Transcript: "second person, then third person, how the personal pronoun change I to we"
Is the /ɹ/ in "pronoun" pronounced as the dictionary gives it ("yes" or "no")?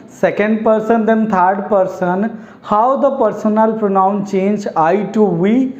yes